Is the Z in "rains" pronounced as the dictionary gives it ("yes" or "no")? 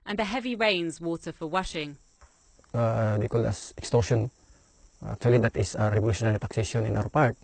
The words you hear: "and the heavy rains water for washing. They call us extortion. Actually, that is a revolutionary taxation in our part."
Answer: yes